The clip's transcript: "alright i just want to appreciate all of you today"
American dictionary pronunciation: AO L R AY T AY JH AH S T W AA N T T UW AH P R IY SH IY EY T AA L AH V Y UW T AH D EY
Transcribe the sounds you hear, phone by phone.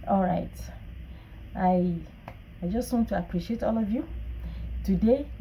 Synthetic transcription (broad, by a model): AO L R AY T AY JH AH S T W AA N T T UW AH P R IY SH IY EY T AA L AH V Y UW T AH D EY